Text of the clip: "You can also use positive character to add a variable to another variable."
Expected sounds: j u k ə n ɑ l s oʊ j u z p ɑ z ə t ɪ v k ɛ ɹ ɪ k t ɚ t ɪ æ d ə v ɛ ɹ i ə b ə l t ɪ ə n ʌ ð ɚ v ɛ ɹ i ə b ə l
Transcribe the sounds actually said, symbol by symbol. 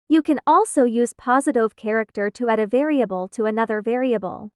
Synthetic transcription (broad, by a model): j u k ə n ɑ l s oʊ j u z p ɑ z ə t ɪ v k ɛ ɹ ɪ k t ɚ t ɪ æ d ə v ɛ ɹ i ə b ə l t ɪ ə n ʌ ð ɚ v ɛ ɹ i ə b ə l